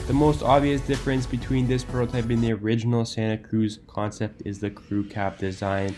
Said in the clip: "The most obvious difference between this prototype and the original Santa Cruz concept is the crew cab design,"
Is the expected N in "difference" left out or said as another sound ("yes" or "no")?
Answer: no